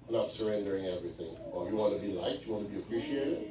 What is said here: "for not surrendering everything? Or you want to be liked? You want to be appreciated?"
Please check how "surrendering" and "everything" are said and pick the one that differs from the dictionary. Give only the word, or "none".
none